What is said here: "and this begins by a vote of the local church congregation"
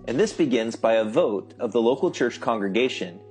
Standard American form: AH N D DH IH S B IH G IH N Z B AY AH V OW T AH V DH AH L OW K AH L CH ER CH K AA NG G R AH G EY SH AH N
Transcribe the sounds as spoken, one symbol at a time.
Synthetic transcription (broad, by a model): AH N DH IH S B IH G IH N Z B AY AH V OW T AH V DH AH L OW K L CH ER CH K AA NG G R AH G EY SH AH N